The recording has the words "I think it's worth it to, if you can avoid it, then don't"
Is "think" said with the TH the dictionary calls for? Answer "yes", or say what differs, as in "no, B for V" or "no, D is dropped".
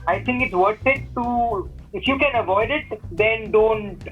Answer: no, T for TH